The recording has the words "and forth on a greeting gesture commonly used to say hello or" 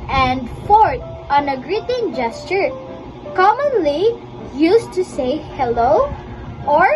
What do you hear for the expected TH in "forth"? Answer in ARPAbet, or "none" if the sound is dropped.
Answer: T